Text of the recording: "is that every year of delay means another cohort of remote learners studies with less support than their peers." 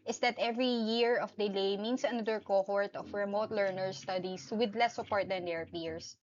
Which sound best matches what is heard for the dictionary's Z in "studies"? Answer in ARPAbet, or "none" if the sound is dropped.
S